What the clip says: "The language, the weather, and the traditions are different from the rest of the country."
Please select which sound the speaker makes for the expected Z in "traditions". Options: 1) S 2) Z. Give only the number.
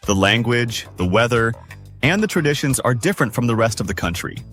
2